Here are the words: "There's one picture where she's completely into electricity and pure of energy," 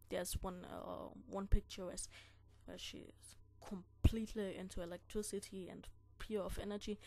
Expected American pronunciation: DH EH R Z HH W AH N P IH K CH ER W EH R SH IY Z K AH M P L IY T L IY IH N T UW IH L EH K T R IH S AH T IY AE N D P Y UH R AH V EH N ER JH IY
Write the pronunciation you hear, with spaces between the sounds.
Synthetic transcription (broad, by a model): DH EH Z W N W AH N P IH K CH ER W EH W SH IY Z K AH M P L IY T L IY IH N T UW IH L EH K T R IH S AH T IY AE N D P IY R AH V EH N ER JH IY